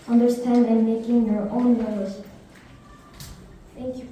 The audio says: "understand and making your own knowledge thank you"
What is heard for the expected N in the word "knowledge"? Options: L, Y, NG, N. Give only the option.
L